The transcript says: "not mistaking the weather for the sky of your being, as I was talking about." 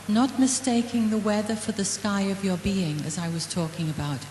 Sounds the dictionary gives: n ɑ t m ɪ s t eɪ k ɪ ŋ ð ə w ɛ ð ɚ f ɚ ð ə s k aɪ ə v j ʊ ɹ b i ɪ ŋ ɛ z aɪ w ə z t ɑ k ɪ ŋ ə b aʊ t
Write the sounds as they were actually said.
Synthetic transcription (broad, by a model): n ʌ t m ɪ s t eɪ k ɪ ŋ ð ə w ɛ ð ɚ f ɚ ð ə s k aɪ ə v j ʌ ɹ b i ɪ ŋ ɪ z aɪ w ə z t ɑ k ɪ ŋ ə b aʊ t